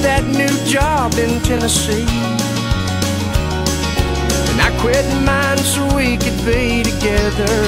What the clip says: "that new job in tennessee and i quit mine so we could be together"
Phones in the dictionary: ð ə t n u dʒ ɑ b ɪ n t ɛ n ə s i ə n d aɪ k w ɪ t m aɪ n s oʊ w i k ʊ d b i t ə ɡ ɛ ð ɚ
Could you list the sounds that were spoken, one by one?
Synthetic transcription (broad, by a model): ð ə t n u dʒ ɑ b ɪ n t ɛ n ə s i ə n aɪ k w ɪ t m aɪ n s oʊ w i k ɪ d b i t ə ɡ ɛ ð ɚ